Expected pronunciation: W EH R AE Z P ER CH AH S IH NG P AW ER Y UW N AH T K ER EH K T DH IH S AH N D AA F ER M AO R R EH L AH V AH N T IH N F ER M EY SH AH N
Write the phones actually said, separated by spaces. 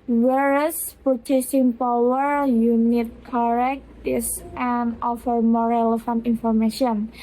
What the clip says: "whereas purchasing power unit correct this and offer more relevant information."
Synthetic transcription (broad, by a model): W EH R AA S P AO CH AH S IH NG P AW ER Y UW N AH T K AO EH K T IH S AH N AA F ER M AO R R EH L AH F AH N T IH N F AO M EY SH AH N